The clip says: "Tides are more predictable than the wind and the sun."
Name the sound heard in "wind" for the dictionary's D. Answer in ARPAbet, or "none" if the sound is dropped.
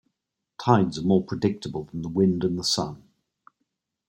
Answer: D